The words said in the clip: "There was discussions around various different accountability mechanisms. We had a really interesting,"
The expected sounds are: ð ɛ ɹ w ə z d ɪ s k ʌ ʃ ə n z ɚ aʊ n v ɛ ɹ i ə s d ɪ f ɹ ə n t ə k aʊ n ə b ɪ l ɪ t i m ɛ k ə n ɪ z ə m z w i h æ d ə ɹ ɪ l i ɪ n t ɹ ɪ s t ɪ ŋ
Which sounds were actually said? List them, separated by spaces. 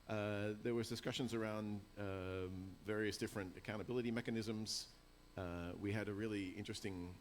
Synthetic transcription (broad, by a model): ð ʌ ɹ w ə z d ɪ s k ʌ ʃ ə n z ɚ aʊ n v ɛ ɹ i ə s d ɪ f ɹ ə n t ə k aʊ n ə b ɪ l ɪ t i m ɛ k ə n ɪ z ə m z w i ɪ d ə ɹ ɪ l i ɪ n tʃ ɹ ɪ s t ɪ ŋ